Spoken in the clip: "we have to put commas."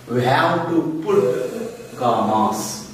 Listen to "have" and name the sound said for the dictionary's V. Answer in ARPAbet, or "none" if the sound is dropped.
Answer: W